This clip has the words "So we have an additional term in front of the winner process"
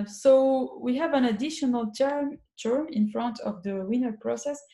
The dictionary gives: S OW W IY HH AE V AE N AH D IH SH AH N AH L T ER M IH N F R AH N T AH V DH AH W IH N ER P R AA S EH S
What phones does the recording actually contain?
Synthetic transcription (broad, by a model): S OW W IY HH AE V AE N AH D IH SH AH N AH L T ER M IH N F R AH N T AH V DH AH W IH N ER P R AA S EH S